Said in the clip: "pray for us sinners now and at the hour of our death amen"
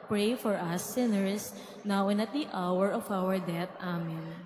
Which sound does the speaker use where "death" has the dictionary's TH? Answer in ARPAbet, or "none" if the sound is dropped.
T